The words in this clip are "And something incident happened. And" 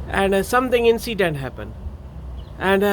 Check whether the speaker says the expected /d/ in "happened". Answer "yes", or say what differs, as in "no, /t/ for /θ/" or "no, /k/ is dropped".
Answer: no, /d/ is dropped